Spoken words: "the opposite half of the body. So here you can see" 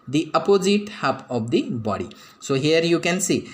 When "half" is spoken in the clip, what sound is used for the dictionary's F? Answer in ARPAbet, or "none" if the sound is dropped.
P